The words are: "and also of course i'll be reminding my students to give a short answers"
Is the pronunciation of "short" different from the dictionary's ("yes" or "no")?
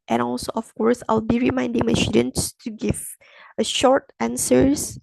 no